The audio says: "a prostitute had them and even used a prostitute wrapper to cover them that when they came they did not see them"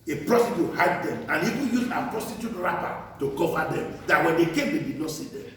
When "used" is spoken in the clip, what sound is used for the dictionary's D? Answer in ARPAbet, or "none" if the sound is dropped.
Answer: none